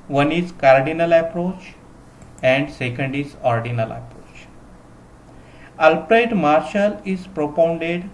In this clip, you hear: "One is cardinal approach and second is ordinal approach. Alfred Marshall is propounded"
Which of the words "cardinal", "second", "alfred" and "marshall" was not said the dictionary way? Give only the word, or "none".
alfred